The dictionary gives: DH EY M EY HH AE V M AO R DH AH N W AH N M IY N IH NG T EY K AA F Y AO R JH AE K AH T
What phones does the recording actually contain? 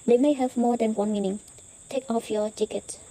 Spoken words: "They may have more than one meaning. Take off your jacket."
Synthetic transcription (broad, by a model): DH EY M EY HH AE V M AO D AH N W AH N M IY N IH NG T EY K AA F Y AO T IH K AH T